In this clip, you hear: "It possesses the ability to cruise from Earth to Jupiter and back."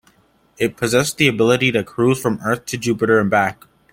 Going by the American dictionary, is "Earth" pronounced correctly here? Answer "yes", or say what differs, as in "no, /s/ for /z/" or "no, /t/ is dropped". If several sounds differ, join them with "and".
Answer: yes